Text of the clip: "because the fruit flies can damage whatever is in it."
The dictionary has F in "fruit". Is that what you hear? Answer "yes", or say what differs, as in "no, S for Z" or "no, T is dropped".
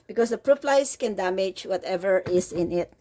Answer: no, P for F